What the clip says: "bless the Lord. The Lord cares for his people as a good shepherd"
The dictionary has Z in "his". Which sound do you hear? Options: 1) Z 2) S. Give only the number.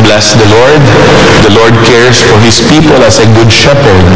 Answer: 2